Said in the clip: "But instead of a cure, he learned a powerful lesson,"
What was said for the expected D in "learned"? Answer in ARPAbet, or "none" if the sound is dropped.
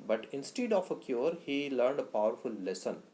D